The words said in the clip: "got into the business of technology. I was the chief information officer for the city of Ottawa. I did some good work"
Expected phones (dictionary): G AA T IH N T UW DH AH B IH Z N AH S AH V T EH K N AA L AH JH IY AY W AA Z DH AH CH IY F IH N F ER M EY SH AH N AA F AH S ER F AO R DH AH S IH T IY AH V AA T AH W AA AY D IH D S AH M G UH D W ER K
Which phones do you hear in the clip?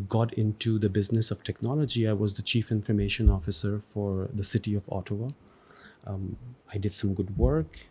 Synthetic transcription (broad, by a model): G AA T IH N T UW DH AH B IH Z N AH S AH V T EH K N AA L AH JH IY AY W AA Z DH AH CH IY F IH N F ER M EY SH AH N AA F AH S ER F AO R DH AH S IH T IY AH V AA T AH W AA AY D IH D S AH M G UH D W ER K